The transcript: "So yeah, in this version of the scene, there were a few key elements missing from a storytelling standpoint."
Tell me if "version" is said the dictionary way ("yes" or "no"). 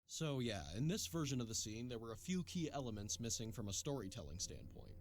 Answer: yes